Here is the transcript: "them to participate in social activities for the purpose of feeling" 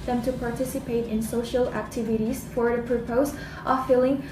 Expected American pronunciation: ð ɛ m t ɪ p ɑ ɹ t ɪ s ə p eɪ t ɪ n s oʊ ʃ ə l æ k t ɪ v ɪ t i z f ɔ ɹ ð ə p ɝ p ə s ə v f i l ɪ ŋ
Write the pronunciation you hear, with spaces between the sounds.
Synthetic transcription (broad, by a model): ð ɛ m t ɪ p ɑ ɹ t ɪ s ə p eɪ t ɪ n s oʊ ʃ ə l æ k t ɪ v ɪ t i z f ɔ ɹ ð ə p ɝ p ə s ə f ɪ l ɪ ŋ